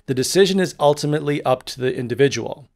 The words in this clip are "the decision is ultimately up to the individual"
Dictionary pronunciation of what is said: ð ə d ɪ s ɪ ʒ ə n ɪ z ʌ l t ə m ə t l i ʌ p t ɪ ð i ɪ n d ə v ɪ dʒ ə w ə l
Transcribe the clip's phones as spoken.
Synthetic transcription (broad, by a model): ð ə d ɪ s ɪ ʒ ə n ɪ z ʌ l t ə m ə t l i ʌ p t ɪ ð i ɪ n d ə v ɪ dʒ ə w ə l